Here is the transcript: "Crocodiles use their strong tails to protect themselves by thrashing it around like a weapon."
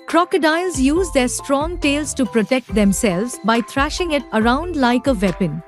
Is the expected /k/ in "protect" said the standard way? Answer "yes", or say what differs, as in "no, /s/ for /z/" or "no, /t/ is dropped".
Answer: yes